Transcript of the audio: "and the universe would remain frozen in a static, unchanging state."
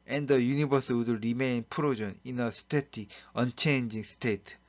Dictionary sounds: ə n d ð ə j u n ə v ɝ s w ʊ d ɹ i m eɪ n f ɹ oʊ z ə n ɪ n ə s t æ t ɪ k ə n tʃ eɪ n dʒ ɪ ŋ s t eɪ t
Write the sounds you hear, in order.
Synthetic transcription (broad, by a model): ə n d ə j u n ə b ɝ s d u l ɹ i m eɪ n p ɹ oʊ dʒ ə n ɪ n ə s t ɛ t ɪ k ə n tʃ eɪ n dʒ ɪ ŋ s t eɪ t